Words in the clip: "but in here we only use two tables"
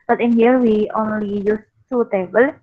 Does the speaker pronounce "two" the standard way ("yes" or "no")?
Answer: no